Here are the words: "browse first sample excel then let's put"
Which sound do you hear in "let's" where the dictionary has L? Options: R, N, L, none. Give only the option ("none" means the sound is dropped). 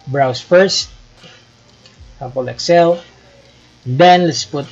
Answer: L